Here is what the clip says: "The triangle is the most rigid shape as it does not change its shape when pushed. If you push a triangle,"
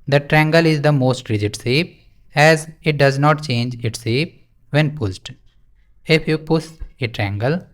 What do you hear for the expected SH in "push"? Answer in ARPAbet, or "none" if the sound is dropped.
S